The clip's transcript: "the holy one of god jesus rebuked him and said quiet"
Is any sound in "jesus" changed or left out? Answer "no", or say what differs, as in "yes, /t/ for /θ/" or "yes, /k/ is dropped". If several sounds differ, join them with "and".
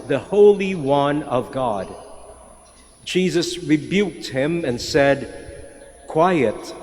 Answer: no